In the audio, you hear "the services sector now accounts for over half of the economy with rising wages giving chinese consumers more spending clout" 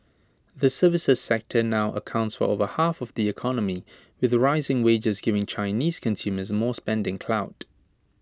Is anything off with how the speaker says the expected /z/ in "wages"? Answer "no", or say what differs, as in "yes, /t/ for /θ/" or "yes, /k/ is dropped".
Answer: no